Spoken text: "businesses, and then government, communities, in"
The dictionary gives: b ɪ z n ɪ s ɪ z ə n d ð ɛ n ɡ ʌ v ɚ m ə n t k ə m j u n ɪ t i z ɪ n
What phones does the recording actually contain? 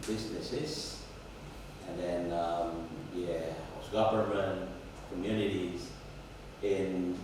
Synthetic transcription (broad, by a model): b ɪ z n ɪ s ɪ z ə n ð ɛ n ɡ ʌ p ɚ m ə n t k ə m j u n ɪ t i z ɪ n